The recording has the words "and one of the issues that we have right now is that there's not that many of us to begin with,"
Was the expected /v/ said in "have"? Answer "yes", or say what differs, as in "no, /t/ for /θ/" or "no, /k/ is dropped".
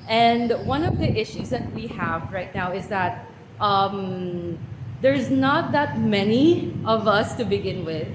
yes